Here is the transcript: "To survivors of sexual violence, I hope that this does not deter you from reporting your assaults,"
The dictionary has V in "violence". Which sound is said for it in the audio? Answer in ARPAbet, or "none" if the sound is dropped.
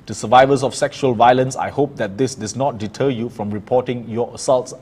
V